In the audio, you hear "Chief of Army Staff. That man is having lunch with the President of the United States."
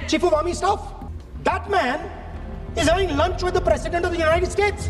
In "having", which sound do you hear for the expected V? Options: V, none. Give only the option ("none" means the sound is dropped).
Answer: none